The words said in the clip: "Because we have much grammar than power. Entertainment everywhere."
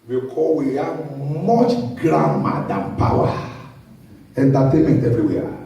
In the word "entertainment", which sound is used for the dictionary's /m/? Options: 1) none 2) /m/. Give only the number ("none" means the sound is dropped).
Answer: 1